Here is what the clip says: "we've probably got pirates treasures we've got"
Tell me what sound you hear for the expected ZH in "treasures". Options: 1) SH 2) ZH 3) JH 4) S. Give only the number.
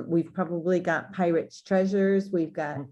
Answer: 2